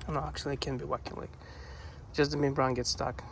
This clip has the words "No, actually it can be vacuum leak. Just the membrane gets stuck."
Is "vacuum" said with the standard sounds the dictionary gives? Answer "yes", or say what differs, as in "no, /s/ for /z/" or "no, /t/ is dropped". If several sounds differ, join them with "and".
no, /w/ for /v/